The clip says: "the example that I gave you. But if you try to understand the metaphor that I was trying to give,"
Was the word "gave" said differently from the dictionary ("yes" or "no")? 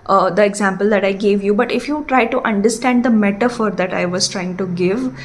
no